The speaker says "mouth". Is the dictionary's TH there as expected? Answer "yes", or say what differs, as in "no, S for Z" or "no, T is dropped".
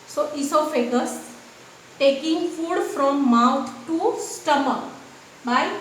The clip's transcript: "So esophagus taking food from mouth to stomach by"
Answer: no, T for TH